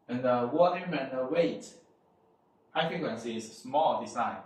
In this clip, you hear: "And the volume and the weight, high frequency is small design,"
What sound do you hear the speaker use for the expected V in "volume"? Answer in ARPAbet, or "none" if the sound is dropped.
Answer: W